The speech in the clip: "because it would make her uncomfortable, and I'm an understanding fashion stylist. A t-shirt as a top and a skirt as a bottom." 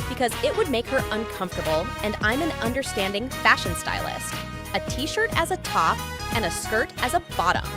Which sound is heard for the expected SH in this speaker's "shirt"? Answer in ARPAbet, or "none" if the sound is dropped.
SH